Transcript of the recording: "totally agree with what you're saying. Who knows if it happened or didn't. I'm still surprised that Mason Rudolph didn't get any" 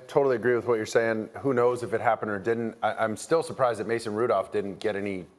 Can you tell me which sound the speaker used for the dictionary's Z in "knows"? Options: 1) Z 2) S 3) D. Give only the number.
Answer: 1